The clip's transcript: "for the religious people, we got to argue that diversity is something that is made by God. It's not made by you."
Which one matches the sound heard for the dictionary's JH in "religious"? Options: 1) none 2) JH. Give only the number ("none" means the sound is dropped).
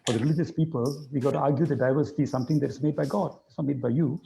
2